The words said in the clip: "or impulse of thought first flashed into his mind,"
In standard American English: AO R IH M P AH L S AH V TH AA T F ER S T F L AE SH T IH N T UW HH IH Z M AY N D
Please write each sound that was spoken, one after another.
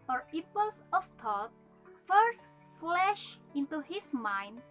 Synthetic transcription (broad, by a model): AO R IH P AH L S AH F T AA T F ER S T F L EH SH IH N T UW HH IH S M AY N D